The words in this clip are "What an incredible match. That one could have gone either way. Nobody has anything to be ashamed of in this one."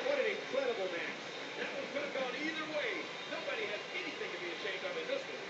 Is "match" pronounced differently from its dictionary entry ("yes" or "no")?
yes